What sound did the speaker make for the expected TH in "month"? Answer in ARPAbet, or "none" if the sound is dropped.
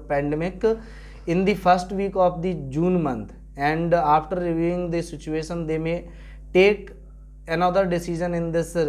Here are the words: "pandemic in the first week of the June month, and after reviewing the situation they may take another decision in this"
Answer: T